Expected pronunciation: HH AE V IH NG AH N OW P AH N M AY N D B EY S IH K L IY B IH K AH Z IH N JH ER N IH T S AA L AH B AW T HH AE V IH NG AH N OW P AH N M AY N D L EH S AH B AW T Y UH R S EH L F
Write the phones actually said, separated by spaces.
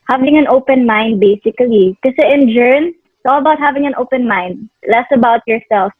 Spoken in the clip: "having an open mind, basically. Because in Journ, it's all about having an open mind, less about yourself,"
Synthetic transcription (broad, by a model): HH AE V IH NG AH N OW P AH N M AY N D B EY S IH K L IY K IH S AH IH N JH ER N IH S AA L AH B AW T HH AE V IH NG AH N OW P AH N M AY N D L EH S AH B AW T Y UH R S EH L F